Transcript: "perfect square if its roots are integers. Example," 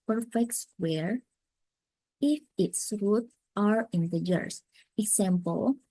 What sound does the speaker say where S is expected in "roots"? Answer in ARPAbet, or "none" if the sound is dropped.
none